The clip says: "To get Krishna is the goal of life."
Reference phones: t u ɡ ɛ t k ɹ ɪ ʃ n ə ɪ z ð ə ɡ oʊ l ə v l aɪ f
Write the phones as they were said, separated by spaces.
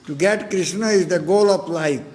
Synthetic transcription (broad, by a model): t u ɡ ɛ t k ɹ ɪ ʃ n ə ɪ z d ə ɡ oʊ l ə p l aɪ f